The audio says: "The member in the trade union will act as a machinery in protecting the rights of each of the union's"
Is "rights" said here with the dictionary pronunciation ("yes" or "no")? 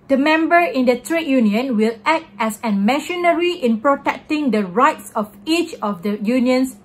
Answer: yes